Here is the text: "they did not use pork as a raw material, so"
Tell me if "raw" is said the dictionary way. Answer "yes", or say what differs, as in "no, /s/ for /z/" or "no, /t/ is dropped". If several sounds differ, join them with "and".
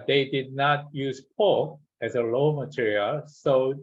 no, /l/ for /ɹ/